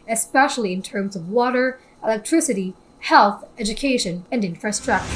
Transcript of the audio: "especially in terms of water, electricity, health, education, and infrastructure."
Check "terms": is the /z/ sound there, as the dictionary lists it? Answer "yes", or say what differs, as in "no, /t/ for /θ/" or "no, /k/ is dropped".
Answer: yes